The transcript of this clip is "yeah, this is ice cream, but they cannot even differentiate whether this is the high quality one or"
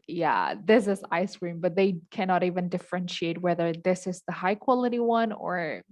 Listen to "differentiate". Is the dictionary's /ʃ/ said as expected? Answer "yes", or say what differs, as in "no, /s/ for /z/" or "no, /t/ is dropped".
yes